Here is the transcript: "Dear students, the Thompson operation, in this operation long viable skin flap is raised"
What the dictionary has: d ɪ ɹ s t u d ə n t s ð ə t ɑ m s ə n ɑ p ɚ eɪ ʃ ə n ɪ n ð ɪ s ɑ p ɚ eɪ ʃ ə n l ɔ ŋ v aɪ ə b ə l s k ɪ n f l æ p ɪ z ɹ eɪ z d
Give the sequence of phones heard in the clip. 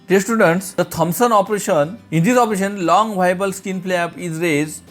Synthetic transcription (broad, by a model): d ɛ s t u d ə n t s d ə t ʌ m s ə n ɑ p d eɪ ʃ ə n ɪ n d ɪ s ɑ p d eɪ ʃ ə n l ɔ ŋ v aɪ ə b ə l s k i n p l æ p ɪ z ɹ eɪ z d